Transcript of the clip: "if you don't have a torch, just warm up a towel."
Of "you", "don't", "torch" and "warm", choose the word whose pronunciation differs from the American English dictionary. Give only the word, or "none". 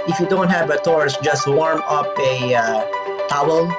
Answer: torch